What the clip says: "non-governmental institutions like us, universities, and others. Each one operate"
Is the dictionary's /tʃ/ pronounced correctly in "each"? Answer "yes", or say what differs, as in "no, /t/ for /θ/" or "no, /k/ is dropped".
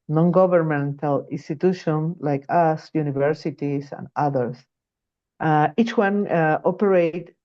yes